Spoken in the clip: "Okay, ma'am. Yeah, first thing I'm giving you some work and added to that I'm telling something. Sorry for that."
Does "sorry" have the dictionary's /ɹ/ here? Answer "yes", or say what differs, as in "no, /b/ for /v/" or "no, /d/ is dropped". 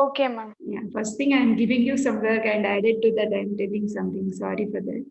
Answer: yes